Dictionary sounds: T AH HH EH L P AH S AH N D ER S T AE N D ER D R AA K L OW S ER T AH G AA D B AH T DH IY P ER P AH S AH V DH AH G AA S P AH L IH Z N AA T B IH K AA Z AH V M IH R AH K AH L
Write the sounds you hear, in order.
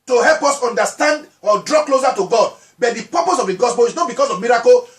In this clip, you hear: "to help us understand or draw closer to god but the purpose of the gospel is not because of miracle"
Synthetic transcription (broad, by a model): T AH HH EH L P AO S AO N D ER S T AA N D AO D R AA K L OW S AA T AH G AA D B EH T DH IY P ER P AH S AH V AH G AA S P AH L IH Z N AA T B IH K AA S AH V M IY R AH K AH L